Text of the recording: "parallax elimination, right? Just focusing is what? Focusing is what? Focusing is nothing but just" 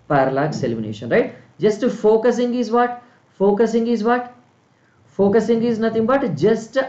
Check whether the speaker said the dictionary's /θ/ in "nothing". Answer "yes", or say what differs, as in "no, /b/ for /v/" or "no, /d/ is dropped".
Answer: no, /t/ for /θ/